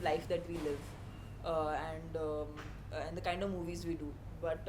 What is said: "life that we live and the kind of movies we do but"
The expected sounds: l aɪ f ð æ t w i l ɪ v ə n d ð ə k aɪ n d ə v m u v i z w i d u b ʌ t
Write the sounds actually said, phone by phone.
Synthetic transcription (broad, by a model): l aɪ f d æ t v i l ɪ v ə n d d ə k aɪ n d ə v m u v i z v i d u b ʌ t